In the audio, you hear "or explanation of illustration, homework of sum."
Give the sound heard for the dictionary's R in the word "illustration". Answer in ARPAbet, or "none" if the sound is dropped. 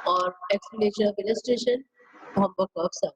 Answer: R